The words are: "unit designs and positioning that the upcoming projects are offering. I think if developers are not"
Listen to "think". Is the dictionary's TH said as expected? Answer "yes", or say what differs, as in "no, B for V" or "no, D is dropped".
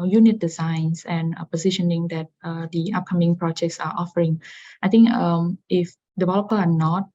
no, T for TH